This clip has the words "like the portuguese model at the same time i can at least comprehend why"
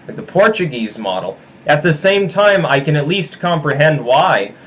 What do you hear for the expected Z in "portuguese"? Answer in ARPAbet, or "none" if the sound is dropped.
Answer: Z